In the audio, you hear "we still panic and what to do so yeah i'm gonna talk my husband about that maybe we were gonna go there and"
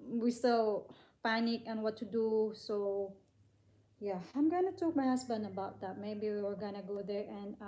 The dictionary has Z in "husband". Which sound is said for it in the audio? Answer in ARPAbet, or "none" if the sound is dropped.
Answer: S